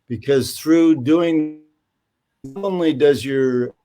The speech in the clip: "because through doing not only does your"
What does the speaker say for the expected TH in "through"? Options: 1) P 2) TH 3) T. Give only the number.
2